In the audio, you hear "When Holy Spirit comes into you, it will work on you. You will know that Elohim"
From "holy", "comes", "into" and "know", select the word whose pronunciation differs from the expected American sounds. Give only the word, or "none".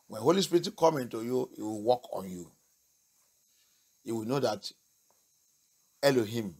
comes